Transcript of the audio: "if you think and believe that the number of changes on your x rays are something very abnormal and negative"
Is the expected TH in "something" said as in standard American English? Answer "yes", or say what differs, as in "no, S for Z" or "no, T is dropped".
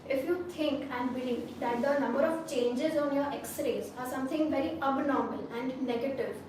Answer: no, T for TH